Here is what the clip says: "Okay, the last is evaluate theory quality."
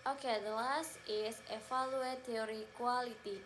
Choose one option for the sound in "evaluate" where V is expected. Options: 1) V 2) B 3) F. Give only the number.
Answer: 3